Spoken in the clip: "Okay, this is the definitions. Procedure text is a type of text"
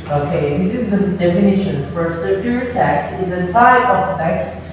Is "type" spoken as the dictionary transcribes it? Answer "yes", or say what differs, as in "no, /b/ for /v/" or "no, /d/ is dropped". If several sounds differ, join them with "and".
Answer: no, /s/ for /t/